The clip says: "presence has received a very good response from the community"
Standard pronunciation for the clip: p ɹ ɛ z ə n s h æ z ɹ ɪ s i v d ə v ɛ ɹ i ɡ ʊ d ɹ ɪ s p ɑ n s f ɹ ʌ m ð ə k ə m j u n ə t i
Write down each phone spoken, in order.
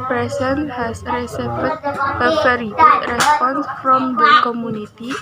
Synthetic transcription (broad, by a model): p ɹ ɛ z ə n h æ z ɹ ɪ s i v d ə f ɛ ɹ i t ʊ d ɹ ɪ s p ɑ n s f ɹ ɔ m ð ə k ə m j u n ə t i